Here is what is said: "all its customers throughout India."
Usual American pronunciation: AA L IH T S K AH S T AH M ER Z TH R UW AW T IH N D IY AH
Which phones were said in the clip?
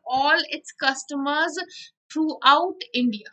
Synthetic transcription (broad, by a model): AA L IH T S K AH S T AH M ER Z T R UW AW T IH N D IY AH